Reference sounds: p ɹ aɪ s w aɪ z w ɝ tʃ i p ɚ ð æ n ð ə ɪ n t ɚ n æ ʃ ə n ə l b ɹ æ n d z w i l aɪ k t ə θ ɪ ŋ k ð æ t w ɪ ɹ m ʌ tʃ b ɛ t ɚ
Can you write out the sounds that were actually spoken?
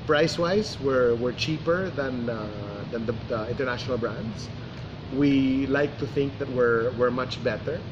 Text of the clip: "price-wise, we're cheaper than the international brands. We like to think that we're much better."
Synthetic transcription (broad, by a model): p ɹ aɪ s w aɪ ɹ w ɝ tʃ i p ɚ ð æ n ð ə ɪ n t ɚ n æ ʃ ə n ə l b ɹ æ n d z w i l aɪ k t ə θ ɪ ŋ k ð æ t w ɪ ɹ m ʌ tʃ b ɛ t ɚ